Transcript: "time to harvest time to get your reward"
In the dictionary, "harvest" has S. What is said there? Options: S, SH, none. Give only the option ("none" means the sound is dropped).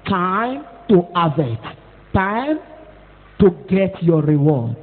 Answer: none